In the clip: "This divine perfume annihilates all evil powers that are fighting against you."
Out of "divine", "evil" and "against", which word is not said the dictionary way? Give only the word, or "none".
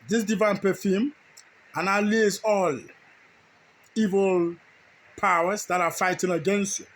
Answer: none